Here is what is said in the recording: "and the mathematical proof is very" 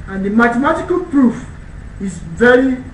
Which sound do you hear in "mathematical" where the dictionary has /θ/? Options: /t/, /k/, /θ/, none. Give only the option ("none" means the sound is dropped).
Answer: /t/